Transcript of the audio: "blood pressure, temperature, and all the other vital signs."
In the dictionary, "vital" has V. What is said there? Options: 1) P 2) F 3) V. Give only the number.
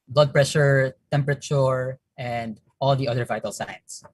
3